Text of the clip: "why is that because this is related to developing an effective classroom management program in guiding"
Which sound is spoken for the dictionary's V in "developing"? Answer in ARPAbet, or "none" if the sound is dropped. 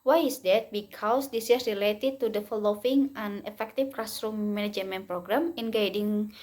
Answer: F